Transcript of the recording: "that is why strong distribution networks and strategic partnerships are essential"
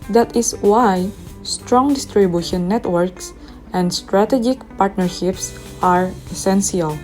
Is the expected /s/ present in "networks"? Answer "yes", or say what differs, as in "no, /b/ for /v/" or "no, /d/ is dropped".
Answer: yes